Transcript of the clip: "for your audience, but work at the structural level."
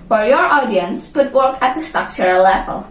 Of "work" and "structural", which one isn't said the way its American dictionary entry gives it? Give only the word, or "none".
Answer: structural